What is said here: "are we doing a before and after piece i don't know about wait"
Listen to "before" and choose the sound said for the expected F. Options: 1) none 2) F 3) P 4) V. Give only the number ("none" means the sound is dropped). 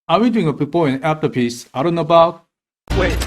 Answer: 3